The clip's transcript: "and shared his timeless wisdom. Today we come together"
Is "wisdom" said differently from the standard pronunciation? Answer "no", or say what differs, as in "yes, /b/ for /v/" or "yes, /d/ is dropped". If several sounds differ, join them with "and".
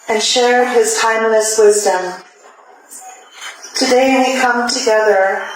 no